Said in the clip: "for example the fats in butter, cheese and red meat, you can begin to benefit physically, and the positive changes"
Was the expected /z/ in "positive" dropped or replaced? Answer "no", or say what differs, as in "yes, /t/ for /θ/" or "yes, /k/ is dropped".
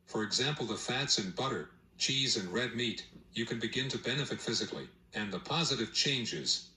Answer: no